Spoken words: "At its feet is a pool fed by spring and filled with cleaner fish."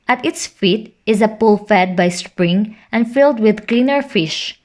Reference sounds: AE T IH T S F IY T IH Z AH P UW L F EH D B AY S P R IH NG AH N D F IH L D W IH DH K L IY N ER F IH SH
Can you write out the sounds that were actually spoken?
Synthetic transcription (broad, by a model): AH T IH T S F IY T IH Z AH P UW L F EH D B AY S P R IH NG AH N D F IH L D W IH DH K L IY N ER F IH SH